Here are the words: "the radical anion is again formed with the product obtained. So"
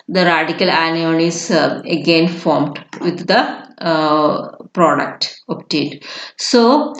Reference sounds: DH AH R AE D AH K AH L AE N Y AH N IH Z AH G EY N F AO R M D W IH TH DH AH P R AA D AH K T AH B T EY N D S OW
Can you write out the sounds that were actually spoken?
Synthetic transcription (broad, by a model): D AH R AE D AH K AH L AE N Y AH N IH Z AH G EY N F AO R M D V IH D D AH P R AA D AH K T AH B T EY D S OW